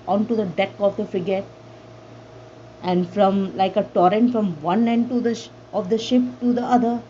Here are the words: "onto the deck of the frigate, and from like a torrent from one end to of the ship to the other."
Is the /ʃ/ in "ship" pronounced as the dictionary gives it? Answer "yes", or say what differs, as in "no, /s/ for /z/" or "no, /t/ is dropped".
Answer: yes